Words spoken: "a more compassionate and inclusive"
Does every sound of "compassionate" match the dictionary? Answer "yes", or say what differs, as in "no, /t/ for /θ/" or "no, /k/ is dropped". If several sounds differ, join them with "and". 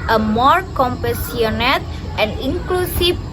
no, /s/ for /ʃ/